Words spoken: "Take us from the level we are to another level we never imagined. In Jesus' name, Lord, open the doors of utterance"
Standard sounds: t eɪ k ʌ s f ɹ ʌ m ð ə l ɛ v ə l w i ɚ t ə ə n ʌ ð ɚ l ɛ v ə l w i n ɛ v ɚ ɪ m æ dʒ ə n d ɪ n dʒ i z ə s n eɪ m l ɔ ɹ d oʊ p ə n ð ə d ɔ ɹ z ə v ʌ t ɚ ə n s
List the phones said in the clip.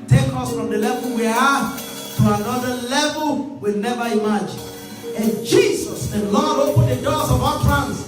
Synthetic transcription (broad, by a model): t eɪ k ʌ s f ɹ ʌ m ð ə l ɛ v ə l w i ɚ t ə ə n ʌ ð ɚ l ɛ v ə l w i n ɛ v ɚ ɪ m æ dʒ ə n ɪ n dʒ i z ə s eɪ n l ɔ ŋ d oʊ p ə n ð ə d ɔ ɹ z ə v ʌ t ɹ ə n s